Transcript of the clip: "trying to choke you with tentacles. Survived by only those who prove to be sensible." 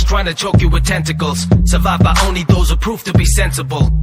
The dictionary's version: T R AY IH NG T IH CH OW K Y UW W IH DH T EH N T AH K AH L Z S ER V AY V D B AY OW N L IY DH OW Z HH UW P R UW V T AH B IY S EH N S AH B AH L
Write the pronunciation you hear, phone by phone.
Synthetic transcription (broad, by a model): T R AY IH NG T IH CH OW K Y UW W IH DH T EH N T AH K AH L Z S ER V AY V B AY OW N L IY DH OW Z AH P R UW F T AH B IY S EH N S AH B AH L